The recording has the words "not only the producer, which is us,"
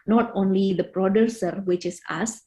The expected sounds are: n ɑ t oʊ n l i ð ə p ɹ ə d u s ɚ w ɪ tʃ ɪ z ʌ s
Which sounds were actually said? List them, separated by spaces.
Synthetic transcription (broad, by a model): n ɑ t oʊ n l i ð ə p ɹ ə d u s ɚ w ɪ tʃ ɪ s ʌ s